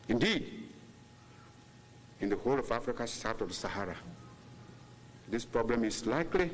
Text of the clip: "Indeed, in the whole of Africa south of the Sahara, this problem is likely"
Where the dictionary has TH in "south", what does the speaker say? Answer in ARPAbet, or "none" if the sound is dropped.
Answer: T